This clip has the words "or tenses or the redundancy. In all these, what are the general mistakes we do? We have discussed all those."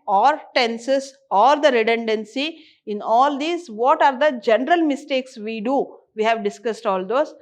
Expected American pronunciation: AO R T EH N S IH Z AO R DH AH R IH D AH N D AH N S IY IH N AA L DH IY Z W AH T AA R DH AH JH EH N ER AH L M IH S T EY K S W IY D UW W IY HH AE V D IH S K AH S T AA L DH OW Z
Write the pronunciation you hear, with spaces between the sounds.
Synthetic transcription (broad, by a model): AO R T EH N S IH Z AO R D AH R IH D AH N D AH N S IY IH N AA L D IY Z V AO T AA R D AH JH EH N ER AH L M IH S T EY K S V IY D UW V IY HH AE V D IH S K AH S T AA L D OW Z